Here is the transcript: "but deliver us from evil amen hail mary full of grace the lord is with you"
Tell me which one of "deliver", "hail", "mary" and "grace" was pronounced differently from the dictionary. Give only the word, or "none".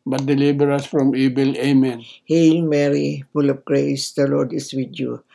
deliver